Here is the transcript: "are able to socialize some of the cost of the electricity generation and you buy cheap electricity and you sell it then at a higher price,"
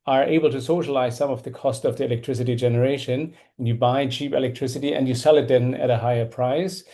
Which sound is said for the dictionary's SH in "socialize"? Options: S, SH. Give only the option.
SH